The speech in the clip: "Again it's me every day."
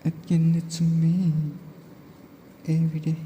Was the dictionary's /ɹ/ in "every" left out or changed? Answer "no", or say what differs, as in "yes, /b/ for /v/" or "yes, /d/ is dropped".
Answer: yes, /ɹ/ is dropped